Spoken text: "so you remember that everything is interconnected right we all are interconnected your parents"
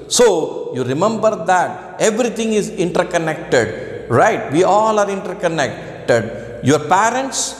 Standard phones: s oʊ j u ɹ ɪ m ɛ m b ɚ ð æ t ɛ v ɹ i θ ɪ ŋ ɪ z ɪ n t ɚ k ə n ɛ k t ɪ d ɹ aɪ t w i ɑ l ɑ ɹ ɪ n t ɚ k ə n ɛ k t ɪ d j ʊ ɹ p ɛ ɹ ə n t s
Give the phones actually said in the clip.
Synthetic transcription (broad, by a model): s oʊ j u ɹ ɪ m ɛ m b ɚ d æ t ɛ v ɹ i t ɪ ŋ ɪ z ɪ n t ɚ k ə n ɛ k t ɪ d ɹ aɪ t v i ɑ l ɑ ɹ ɪ n t ɚ k ə n ɛ k t ɪ d j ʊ ɹ p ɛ ɹ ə n t s